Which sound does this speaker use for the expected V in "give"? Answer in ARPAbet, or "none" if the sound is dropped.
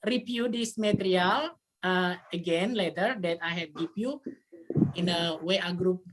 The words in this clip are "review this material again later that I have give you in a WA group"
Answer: P